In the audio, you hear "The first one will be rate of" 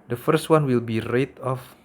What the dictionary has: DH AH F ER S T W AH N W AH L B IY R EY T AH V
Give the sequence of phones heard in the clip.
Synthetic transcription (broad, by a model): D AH F ER S T W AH N W AH L B IY R EY T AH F